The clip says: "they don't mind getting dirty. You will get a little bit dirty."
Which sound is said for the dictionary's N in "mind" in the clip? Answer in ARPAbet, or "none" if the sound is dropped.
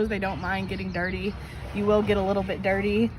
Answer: N